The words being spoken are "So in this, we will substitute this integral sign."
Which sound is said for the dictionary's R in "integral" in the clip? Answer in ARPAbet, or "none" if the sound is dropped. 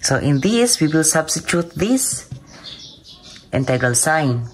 none